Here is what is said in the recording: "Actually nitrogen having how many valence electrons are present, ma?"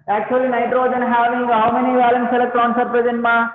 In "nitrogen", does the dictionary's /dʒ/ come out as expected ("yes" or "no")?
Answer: yes